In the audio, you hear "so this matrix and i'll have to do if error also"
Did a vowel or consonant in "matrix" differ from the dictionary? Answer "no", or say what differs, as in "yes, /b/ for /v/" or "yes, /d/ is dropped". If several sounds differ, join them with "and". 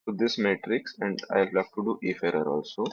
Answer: no